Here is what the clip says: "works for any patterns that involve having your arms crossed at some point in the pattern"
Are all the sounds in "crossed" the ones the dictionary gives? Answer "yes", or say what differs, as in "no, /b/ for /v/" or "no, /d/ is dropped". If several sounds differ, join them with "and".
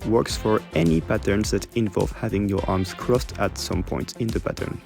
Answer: yes